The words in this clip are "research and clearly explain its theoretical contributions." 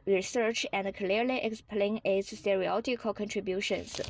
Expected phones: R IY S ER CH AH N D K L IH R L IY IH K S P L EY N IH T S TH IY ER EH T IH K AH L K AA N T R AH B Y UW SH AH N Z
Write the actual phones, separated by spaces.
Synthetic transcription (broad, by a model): R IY S ER CH AH N D K L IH R L IY IH K S P L EY N IH T S S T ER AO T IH K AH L K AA N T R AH B Y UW SH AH N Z